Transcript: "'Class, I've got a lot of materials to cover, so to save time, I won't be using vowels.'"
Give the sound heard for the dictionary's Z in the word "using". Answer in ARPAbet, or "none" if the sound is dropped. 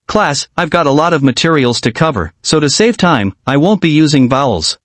Z